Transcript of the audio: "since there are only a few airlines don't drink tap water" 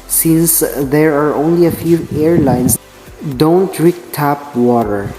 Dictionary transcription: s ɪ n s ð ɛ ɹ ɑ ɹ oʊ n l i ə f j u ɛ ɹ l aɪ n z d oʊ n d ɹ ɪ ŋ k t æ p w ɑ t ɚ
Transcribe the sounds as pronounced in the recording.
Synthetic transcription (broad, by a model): s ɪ n s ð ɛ ɹ ɑ ɹ oʊ n l i ə f j u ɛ ɹ l aɪ n s d oʊ n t ɹ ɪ k t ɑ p w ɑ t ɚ